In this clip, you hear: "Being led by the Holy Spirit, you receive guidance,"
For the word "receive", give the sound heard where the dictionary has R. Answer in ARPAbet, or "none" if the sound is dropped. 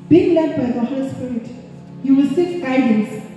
W